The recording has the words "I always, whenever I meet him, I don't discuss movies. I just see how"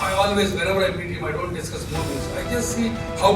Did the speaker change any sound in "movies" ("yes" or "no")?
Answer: yes